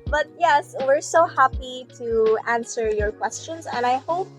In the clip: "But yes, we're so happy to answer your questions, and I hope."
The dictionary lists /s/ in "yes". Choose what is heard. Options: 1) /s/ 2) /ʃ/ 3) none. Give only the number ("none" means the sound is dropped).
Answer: 1